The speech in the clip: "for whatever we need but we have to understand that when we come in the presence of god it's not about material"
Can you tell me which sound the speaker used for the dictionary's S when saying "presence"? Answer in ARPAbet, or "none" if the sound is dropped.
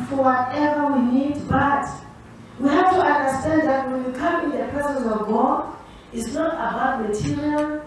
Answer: none